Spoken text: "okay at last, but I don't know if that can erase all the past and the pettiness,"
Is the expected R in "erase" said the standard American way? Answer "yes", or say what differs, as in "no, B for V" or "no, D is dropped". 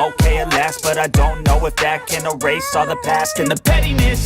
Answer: yes